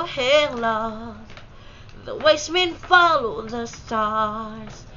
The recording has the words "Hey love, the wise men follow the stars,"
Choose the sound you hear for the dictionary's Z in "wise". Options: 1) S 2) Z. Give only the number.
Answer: 1